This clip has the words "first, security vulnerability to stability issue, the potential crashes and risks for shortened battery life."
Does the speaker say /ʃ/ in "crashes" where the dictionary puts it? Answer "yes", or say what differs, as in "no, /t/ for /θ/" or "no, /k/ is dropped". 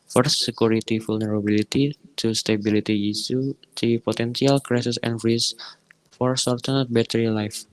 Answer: no, /s/ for /ʃ/